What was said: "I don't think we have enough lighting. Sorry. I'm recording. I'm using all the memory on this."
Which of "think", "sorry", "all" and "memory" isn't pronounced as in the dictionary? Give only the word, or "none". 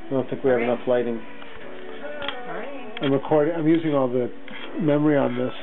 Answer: sorry